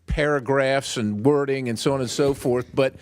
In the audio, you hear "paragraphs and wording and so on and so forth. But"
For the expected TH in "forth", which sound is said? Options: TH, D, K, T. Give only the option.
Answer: TH